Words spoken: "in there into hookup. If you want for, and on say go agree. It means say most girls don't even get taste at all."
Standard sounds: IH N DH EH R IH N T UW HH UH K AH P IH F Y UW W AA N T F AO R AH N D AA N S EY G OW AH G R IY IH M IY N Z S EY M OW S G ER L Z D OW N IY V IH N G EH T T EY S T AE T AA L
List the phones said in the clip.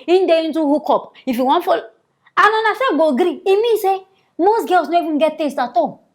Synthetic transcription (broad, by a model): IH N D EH IH N T UW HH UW K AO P IH F Y UW W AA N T F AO L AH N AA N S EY G OW G R IY IH M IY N S EY M OW S G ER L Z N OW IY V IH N G EH T T EY S T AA T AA